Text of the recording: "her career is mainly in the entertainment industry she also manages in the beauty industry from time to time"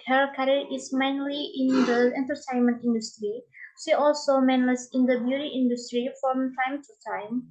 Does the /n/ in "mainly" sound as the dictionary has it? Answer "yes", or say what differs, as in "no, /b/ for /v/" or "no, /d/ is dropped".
yes